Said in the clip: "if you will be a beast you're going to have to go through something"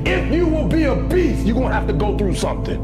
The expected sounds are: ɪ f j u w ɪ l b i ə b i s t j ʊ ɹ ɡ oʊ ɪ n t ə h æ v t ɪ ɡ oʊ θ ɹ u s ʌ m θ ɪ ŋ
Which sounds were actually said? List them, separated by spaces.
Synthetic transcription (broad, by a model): ɪ f j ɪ w ɪ l b i ə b i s j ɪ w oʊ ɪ n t h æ f t ɪ ɡ oʊ θ ɹ u s ʌ m θ ɪ ŋ